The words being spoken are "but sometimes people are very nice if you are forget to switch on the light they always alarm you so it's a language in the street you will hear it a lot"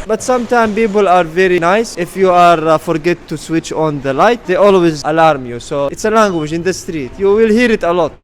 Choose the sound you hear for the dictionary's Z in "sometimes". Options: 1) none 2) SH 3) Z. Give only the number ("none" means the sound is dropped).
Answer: 1